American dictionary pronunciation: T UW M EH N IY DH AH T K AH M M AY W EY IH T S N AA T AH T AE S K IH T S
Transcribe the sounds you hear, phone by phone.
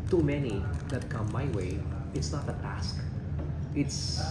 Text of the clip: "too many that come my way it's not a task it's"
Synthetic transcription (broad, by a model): T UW M EH N IY DH AH T K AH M M AY W EY IH T S N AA T AH T AE S K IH T S